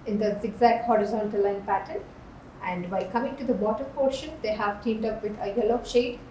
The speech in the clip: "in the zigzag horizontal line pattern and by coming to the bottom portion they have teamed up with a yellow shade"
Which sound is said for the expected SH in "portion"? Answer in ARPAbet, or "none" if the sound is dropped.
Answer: SH